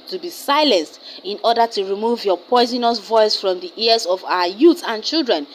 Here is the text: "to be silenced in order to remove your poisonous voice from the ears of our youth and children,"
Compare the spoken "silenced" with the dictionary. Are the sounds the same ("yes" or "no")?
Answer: yes